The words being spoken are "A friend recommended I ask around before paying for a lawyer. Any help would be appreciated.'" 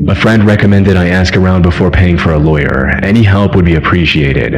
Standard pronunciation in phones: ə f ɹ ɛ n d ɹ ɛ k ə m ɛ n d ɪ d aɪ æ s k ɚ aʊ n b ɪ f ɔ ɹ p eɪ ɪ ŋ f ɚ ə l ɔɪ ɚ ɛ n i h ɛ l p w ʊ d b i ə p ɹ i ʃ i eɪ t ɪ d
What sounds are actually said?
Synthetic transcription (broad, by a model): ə f ɹ ɛ n d ɹ ɛ k ə m ɛ n d ɪ d aɪ æ s k ɚ aʊ n b ɪ f ɔ ɹ p eɪ ɪ ŋ f ɚ ə l ɔɪ ɚ ɛ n i h ɛ l p w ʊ d b i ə p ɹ i ʃ i eɪ t ɪ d